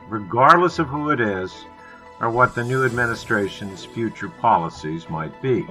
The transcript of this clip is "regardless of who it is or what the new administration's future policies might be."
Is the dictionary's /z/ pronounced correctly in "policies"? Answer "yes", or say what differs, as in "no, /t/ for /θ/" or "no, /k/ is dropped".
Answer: yes